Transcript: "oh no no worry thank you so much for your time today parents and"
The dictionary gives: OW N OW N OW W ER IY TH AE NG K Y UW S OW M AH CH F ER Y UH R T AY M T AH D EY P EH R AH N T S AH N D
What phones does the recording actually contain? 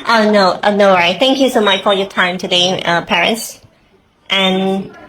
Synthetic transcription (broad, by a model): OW N OW N OW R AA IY TH AE NG K Y UW S OW M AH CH F ER Y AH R T AY M T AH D EY P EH R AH N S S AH N